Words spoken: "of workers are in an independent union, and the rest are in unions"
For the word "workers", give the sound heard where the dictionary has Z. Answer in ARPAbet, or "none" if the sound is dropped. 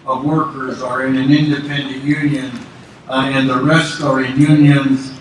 Z